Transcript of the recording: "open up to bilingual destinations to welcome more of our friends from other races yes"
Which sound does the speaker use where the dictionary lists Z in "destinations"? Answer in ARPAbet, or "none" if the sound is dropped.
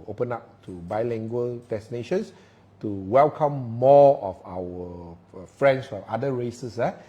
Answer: S